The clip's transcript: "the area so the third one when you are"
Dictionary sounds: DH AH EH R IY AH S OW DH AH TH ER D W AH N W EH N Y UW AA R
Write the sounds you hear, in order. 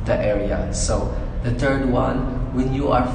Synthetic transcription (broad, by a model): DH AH EH R IY AH S OW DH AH T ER D W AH N W EH N Y UW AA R